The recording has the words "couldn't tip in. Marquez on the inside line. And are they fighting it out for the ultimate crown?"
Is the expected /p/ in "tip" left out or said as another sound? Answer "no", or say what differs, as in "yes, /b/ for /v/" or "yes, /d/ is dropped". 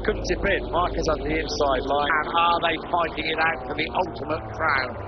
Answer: yes, /b/ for /p/